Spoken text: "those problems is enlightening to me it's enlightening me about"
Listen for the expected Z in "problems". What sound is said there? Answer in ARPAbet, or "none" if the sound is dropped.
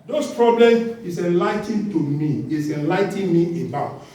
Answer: none